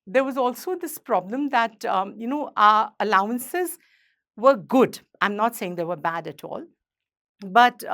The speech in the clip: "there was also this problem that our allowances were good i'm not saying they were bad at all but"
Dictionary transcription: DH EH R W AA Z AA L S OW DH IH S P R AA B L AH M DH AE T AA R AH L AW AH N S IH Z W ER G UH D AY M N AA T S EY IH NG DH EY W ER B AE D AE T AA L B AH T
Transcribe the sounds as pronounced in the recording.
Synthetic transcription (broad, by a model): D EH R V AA Z AA L S OW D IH S P R AA B L AH M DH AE T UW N AH L AW AH N S IH Z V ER G UH D AY M N AA T S EY IH NG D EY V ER B AE D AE T AA L B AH T